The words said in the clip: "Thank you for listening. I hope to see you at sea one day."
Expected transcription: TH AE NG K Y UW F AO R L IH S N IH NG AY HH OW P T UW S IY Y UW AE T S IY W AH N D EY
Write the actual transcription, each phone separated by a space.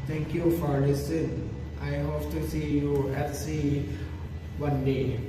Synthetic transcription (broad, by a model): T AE NG K Y UW F AO R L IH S IH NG AY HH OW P T UW S IY Y UW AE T S IY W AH N D EY